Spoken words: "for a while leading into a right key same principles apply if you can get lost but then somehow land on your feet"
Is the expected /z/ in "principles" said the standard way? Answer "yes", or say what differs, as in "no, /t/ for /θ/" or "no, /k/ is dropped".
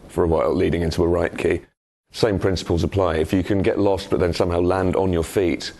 yes